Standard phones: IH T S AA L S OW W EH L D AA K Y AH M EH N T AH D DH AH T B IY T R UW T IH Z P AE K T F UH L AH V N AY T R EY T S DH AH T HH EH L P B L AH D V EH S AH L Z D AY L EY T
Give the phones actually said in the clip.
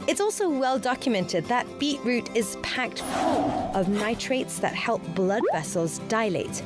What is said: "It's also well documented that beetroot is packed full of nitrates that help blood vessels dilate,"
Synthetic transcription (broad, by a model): IH T S AA L S OW W EH L D AA K Y AH M EH N T AH D DH AH T B IY T R UW T IH Z P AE K T F UH L AH V N AY T R EY T S DH AH T HH EH L P B L AH D V EH S AH L Z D AY L EY T